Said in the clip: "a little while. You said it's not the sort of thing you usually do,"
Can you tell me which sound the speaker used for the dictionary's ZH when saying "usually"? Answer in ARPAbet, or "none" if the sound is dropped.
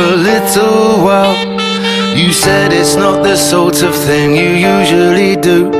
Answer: ZH